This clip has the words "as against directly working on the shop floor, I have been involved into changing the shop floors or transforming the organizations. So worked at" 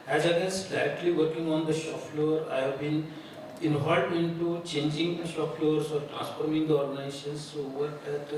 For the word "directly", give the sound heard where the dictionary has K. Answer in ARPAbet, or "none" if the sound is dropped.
none